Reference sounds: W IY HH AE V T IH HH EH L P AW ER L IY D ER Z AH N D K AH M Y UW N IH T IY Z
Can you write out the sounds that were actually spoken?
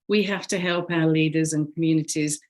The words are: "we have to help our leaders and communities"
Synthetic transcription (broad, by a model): W IY HH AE F T IH HH EH L P AW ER L IY D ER Z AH N K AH M Y UW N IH T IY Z